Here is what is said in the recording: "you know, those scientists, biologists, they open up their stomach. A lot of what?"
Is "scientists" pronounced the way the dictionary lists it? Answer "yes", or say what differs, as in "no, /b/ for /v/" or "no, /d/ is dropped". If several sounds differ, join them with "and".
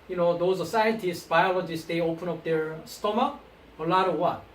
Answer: no, /n/ is dropped